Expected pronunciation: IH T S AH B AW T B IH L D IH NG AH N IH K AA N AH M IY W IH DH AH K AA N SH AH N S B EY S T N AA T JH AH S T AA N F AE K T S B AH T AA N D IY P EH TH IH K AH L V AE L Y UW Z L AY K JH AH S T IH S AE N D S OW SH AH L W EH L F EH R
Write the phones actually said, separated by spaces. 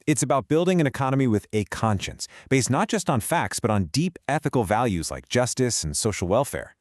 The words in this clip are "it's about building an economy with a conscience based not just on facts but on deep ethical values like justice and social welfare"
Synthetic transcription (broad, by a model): IH T S AH B AW T B IH L D IH NG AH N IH K AA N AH M IY W IH DH AH K AA N SH AH N S B EY S T N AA T JH AH S T N F AE K T S B AH T N D IY P EH TH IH K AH L V AE L Y UW Z L AY K JH AH S T IH S N S OW SH L W EH L F EH R